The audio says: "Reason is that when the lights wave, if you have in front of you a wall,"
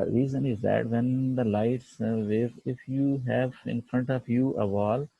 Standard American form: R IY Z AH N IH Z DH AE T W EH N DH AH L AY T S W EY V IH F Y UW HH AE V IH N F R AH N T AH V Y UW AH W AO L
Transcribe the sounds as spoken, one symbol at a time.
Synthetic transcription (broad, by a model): R IY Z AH N IH Z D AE T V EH N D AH L AY T S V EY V IH F Y UW HH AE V IH N F R AH N T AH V Y UW AH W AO L